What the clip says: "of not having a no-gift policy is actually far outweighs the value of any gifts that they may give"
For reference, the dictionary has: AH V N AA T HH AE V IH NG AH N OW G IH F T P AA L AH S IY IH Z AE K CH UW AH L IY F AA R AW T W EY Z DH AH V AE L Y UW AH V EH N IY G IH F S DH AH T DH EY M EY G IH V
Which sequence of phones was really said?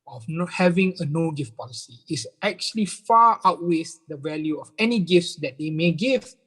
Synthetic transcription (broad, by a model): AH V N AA HH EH V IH NG AH N OW G IH F T P AA L AH S IY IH S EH K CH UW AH L IY F AA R AW T W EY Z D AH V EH L Y UW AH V EH N IY G IH F S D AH T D EY M EY G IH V